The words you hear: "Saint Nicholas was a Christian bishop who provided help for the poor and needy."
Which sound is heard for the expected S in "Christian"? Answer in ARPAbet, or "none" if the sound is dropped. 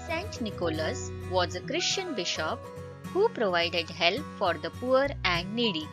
SH